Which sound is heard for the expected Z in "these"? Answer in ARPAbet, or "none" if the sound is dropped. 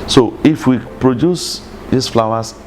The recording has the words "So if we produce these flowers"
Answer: S